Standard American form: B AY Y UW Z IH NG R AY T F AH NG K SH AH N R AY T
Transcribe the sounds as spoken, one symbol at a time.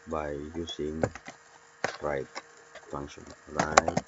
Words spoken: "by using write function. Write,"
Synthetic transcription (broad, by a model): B AY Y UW S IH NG R AY T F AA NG SH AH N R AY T